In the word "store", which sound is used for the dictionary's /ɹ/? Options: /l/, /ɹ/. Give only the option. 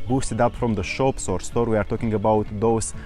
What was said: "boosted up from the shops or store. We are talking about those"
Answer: /ɹ/